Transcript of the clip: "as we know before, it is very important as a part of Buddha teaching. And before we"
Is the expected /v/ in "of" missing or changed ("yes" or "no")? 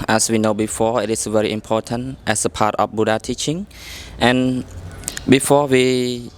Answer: yes